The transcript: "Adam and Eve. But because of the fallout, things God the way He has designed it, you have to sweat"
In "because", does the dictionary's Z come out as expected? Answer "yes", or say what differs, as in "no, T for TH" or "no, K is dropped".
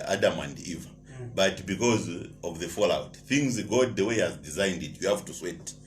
yes